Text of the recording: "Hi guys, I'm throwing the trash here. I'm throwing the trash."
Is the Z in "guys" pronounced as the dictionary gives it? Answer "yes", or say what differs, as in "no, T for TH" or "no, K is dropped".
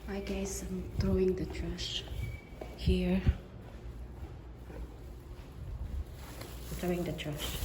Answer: no, S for Z